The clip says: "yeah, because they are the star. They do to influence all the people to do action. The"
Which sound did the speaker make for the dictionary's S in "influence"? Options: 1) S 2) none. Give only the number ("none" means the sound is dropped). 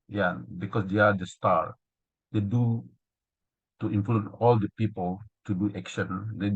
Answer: 2